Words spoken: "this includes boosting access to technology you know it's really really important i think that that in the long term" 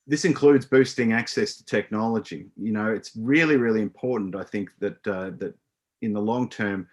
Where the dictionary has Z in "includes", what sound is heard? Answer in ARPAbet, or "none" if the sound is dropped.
Z